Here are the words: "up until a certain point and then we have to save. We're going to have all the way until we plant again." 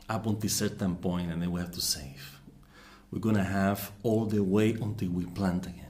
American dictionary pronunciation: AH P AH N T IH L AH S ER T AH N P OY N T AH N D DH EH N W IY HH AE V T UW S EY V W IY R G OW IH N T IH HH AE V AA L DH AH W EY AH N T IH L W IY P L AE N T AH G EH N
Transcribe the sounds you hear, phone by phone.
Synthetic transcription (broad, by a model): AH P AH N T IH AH S ER T AH N P OY N T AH N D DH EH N W IY HH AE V T UW S EY V W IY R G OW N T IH HH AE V AA L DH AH W EY AH N T IH L W IY P L AE N T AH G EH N